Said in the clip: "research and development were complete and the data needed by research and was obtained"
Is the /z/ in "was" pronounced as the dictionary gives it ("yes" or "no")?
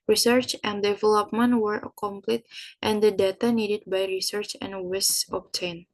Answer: no